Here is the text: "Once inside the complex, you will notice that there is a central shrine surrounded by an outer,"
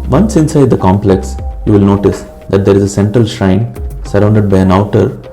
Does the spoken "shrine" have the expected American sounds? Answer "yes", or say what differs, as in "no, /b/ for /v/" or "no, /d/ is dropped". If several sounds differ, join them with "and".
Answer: yes